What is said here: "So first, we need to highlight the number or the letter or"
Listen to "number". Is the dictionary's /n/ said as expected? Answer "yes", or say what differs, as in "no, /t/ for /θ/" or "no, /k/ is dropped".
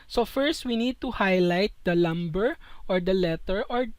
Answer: no, /l/ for /n/